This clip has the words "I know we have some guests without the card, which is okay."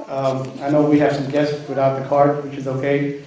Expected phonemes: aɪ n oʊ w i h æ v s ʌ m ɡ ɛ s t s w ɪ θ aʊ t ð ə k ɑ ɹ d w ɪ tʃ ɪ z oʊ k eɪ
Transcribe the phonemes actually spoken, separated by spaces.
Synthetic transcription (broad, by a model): aɪ n oʊ w i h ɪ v s ʌ m ɡ ɛ s t s w ɪ θ aʊ t ð ə k ɑ ɹ d w ɪ tʃ ɪ z oʊ k eɪ